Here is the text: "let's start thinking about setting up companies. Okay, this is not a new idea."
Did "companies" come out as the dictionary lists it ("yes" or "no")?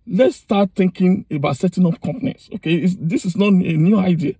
no